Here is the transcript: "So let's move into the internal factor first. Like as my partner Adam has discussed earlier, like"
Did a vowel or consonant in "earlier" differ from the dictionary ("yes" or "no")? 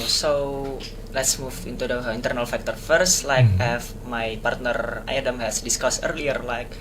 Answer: no